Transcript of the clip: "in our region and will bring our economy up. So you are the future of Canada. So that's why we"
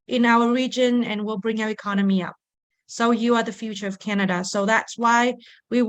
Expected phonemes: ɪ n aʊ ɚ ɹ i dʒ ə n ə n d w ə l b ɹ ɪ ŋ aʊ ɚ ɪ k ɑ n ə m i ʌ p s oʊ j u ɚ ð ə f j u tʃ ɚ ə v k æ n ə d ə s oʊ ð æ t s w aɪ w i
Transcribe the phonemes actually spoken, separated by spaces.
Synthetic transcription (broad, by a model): ɪ n aʊ ɚ ɹ i dʒ ə n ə n w ə l b ɹ ɪ ŋ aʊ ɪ k ɑ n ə m i ʌ p s oʊ j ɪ ɚ ð ə f j u tʃ ɚ ə v k æ n ə d ə s oʊ ð æ t s w aɪ w i